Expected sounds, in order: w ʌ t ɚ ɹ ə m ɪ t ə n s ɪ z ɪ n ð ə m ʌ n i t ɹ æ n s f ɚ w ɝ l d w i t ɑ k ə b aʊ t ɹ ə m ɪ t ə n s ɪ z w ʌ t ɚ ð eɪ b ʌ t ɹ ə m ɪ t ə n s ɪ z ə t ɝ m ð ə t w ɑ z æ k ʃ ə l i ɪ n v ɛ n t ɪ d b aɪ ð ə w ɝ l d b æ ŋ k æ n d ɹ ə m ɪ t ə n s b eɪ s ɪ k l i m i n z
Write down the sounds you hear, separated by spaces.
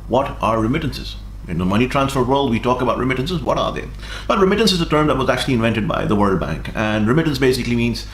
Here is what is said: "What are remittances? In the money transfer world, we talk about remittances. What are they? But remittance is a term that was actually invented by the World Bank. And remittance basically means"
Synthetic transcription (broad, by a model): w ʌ t ɚ ɹ ə m ɪ t ə n s ɪ z ɪ n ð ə m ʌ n i t ɹ æ n s f ɚ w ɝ l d w i t ɑ k ə b aʊ t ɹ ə m ɪ t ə n s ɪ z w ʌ t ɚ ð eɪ b ʌ t ɹ ə m ɪ t ə n s ɪ z ə t ɝ m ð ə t w ɑ z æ k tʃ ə l i ɪ n v ɛ n t ɪ d b aɪ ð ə w ɝ l d b æ ŋ k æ n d ɹ ə m ɪ t ə n s b eɪ s ɪ k l i m i n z